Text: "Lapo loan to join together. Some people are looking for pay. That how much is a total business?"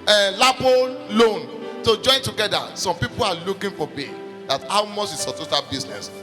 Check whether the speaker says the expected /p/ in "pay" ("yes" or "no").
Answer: no